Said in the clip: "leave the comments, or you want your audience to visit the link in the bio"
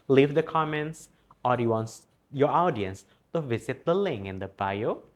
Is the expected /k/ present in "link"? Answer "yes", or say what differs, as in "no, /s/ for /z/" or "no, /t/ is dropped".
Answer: no, /k/ is dropped